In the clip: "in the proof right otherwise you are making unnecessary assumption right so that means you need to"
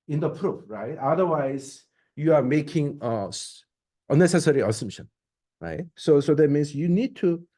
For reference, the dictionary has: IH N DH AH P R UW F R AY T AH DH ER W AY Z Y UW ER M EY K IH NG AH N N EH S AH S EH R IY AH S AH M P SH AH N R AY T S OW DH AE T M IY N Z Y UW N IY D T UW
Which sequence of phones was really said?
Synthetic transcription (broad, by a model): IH N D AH P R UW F R AY T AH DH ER W AY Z Y UW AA M EY K IH NG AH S N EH S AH S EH R IY AH S AH M P SH AH N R AY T S OW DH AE T M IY N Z Y UW N IY D T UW